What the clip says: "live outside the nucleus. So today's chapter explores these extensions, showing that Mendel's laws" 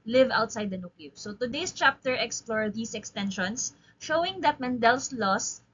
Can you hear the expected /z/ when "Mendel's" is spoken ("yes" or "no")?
no